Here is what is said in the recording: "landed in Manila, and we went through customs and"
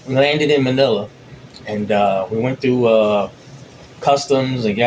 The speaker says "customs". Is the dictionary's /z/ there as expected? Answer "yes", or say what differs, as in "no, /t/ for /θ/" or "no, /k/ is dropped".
yes